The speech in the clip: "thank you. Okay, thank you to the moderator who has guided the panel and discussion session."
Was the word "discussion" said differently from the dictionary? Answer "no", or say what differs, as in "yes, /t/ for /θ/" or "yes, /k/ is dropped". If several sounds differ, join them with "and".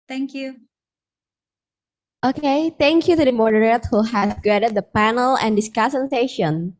yes, /s/ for /ʃ/